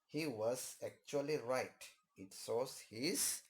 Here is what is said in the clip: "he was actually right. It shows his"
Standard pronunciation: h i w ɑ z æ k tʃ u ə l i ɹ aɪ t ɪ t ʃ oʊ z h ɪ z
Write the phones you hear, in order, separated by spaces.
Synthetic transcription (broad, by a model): h i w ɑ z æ k tʃ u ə l i ɹ aɪ t ɪ t s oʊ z h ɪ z